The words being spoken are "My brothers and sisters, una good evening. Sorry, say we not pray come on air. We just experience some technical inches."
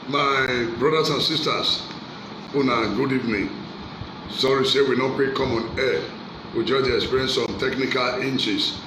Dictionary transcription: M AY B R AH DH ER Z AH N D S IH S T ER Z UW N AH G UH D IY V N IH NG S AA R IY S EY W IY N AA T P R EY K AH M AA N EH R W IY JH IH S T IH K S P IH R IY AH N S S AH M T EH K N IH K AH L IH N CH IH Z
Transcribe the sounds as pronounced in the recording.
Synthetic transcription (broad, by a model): M AY B R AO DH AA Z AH N S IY S T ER S UW N AH G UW D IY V N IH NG S AA R IY S EY W IY N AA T P EY K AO M AA N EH W IY JH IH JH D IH K S P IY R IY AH N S S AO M T EH K N IH K AH L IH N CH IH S